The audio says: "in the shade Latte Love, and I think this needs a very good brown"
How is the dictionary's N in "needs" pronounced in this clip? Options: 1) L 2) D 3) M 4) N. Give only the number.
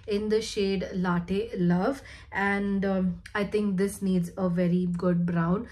4